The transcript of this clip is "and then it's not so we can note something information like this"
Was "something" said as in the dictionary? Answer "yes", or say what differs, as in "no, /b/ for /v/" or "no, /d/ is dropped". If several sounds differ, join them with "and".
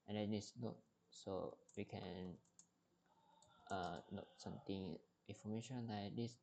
no, /t/ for /θ/